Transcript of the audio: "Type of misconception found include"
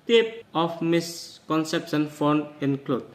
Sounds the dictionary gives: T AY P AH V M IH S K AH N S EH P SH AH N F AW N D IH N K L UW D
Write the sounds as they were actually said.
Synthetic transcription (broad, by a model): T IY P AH F M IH S K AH N S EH P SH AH N F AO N IH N K L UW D